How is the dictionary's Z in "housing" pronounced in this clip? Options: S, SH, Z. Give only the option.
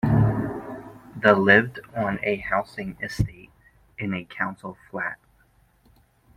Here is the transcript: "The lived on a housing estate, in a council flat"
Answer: S